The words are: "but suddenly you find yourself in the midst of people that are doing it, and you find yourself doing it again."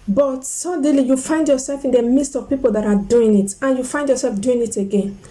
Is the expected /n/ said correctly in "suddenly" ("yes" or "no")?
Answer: no